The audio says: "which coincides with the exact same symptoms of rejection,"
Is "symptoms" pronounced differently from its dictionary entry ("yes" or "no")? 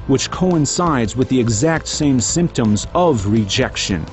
no